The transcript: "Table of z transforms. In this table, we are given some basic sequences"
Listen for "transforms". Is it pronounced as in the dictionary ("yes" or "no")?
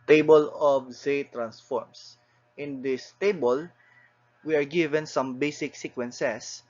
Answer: no